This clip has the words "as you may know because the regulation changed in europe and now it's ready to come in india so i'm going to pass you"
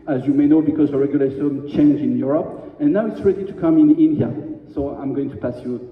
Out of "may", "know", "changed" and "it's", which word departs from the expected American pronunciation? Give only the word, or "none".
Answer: changed